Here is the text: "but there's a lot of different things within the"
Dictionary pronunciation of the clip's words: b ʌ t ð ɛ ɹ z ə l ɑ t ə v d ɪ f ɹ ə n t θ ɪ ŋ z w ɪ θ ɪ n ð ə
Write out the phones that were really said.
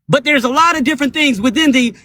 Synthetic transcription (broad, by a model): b ʌ t ð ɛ ɹ z ə l ɑ t ə v d ɪ f ɹ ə n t θ ɪ ŋ z w ɪ θ ɪ n ð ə